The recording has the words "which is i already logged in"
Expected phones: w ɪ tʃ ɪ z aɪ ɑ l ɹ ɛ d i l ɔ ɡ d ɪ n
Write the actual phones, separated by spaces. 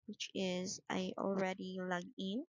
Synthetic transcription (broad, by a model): w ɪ tʃ ɪ z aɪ ɑ l ɹ ɛ d i l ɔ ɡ ɪ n